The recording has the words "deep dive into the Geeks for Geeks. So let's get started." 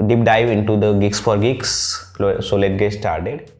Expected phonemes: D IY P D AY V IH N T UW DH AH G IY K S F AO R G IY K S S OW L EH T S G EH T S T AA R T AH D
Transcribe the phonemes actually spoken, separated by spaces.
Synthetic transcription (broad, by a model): D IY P D AY V IH N T UW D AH G IY K S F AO R G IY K S S OW L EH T G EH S T AA R T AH D